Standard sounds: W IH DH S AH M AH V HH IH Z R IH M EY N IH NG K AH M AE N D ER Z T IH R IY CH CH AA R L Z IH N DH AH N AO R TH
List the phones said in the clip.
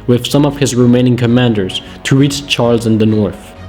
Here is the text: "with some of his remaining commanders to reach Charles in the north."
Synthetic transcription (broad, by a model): W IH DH S AH M AH V HH IH Z R IH M EY N IH NG K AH M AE N D ER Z T IH R IY CH CH AA R L Z IH N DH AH N AO R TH